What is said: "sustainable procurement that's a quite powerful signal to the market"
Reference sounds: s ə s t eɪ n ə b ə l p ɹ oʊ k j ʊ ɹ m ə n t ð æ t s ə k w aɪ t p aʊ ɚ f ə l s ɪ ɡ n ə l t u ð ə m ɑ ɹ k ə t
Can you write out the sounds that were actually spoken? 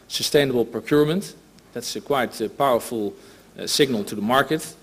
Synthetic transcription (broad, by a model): s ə s t eɪ n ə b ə l p ɹ oʊ k j ʊ ɹ m ə n t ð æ t s ə k w aɪ t p aʊ ɚ f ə l s ɪ ɡ n ə l t u ð ə m ɑ ɹ k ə t